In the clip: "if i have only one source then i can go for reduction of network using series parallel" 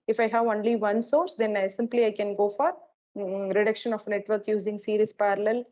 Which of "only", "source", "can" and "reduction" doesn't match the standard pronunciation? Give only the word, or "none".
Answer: none